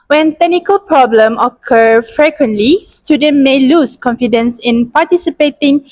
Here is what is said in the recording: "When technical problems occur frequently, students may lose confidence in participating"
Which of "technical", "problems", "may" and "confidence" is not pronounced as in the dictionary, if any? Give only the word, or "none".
problems